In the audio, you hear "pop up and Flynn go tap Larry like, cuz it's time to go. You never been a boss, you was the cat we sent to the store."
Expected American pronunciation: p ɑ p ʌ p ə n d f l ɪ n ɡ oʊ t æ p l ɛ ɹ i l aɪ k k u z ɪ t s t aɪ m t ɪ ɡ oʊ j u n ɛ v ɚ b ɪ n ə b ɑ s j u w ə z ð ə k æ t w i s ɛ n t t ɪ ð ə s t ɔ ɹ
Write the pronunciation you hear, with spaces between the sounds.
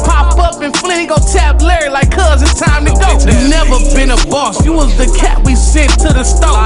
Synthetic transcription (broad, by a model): p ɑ p ʌ p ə n f l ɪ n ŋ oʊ t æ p l ɛ ɹ i l aɪ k k u z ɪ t t aɪ m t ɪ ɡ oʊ n ɛ v ɚ b ɪ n ə b ɑ s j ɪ w ə z ð ə k æ t w i s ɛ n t t ɪ ð ə s t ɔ